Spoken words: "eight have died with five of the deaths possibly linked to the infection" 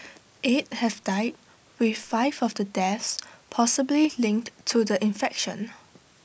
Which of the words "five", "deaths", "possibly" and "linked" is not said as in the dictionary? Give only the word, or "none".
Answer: none